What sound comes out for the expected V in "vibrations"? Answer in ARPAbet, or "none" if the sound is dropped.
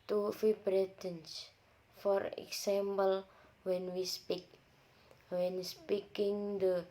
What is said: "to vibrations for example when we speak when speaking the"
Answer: F